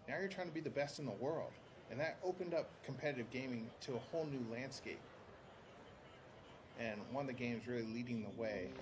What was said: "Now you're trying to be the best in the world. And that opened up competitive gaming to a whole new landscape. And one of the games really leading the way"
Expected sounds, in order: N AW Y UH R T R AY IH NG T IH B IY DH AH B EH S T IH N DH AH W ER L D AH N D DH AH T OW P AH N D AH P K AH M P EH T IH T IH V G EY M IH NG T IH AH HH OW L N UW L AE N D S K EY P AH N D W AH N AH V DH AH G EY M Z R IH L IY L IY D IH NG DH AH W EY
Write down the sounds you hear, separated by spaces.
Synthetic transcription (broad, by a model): N AW Y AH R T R AY IH NG T IH B IY DH AH B EH S T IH N DH AH W ER L D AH N DH AH T OW P AH N D AH P K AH M P EH T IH T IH V G EY M IH NG T IH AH HH OW L N UW L AE N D S K EY P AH N W AH N AH V DH AH G EY M Z R IH L IY L IY D IH NG DH AH W EY